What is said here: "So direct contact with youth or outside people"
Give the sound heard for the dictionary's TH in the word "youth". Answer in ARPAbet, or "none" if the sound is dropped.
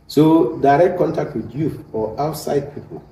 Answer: F